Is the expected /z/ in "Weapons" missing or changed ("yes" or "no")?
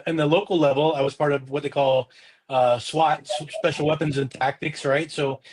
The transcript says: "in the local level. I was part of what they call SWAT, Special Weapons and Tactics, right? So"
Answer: no